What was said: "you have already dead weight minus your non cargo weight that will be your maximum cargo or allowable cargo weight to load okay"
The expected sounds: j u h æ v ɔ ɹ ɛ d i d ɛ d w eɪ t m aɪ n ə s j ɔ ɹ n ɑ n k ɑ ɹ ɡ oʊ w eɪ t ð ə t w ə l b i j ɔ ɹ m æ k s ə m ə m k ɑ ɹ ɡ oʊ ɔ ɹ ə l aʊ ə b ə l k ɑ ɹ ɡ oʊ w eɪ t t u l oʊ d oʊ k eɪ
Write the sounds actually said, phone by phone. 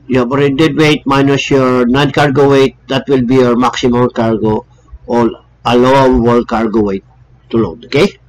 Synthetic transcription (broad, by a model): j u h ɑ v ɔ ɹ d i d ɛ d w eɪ t m aɪ n ə s j ɔ ɹ n ɑ n k ɑ ɹ ɡ oʊ w eɪ t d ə t w ə l b i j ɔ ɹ m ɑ k s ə m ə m k ɑ ɹ ɡ oʊ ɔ l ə l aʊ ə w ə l k ɑ ɹ ɡ oʊ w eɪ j t u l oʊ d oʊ k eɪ